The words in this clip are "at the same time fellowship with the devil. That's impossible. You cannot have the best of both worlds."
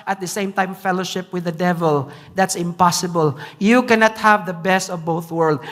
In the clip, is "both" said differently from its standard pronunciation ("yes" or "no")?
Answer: no